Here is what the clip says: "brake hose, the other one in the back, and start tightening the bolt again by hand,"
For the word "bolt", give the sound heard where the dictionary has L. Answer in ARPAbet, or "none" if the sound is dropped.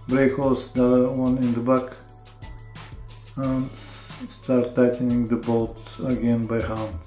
none